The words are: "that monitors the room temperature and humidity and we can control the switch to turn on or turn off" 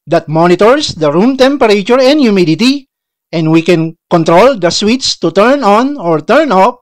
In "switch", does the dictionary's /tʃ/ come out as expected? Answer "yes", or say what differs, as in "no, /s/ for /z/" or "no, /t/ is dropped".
no, /s/ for /tʃ/